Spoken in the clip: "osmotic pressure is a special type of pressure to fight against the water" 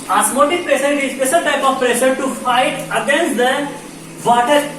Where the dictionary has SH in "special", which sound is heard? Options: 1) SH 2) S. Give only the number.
2